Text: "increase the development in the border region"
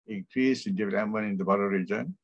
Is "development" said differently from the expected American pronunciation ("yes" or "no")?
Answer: yes